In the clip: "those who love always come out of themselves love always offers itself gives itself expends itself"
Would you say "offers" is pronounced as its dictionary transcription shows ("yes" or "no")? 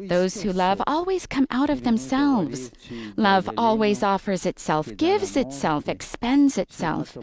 yes